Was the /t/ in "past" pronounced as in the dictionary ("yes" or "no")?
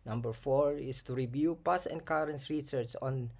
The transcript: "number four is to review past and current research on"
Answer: no